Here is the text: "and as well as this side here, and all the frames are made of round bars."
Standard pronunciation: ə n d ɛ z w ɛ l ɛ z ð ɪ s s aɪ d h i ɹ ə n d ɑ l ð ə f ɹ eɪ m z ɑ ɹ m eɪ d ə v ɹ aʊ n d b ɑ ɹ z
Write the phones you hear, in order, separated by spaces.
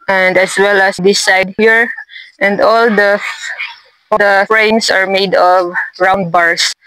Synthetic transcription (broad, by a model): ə n d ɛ s w ɛ l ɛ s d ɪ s s aɪ d h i ɹ ə n d ɑ l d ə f ɹ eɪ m s ɑ ɹ m eɪ d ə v ɹ aʊ n d b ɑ ɹ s